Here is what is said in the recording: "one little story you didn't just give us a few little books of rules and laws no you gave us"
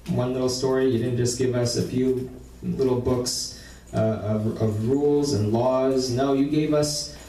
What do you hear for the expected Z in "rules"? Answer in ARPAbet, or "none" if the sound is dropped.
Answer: Z